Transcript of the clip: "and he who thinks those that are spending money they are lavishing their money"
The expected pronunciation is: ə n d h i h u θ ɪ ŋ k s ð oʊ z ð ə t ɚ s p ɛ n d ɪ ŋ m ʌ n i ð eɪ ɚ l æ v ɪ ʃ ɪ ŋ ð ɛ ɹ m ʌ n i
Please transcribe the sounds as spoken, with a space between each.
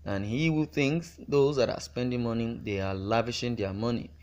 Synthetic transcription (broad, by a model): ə n h i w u θ ɪ ŋ k s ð oʊ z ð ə t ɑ s p ɛ n d ɪ ŋ m ʌ n i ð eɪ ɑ l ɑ v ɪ ʃ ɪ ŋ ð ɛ m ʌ n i